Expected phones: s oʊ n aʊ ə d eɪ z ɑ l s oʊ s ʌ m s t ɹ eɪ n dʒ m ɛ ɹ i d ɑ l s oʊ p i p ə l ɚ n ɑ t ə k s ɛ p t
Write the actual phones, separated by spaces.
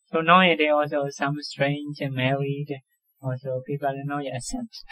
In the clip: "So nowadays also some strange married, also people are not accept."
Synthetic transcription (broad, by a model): s oʊ n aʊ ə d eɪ ɑ l s oʊ s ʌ m s t ɹ eɪ n dʒ m ɛ ɹ i d ɑ l s oʊ p i p ə l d n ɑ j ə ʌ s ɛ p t